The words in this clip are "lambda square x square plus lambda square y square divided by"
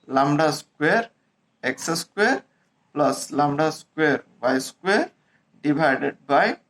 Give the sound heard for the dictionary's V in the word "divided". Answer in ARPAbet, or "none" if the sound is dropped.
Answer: B